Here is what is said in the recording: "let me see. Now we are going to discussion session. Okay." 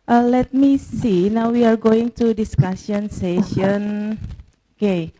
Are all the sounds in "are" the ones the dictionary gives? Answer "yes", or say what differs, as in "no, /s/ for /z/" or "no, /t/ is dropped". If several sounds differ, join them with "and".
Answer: yes